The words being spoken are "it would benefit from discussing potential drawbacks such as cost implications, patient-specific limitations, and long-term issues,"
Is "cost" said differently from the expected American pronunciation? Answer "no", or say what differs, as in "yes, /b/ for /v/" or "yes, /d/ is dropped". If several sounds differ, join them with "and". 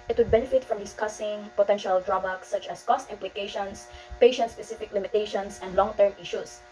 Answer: no